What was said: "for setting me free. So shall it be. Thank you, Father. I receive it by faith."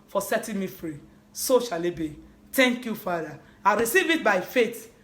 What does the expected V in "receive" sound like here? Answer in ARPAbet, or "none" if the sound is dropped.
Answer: V